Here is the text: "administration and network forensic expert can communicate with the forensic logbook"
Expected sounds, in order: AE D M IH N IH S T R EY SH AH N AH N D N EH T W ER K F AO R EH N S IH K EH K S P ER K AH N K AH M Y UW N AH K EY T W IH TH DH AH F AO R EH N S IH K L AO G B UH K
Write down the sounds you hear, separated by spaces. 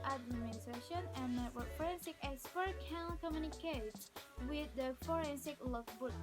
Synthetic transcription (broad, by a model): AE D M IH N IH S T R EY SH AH N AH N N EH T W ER F AO R EH N S IH K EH S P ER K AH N K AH M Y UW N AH K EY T W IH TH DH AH F AO R EH N S IH K L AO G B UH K